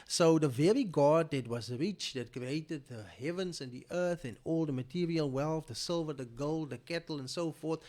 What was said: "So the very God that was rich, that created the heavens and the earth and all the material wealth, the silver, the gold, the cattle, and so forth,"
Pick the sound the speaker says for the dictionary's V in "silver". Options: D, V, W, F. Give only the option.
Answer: V